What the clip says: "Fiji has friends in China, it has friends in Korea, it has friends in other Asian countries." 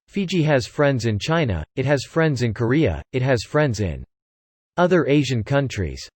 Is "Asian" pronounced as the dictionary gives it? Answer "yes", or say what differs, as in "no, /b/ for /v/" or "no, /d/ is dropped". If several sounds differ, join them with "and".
yes